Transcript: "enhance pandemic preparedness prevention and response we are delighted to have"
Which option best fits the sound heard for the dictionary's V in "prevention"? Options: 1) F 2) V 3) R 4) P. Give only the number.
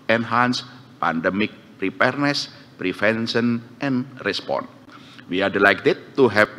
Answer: 1